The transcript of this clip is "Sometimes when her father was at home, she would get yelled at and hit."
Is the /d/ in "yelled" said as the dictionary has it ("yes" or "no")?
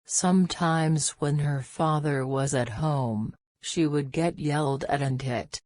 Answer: yes